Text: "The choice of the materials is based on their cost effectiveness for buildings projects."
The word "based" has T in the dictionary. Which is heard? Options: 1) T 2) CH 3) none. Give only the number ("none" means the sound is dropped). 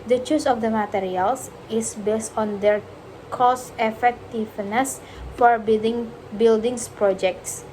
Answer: 1